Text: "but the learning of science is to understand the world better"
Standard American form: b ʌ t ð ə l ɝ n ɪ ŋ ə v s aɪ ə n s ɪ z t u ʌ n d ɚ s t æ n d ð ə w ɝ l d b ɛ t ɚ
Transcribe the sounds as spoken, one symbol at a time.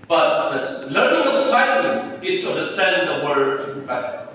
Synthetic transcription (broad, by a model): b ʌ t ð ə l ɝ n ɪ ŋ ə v s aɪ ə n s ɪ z t u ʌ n d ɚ s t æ n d ð ə w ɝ d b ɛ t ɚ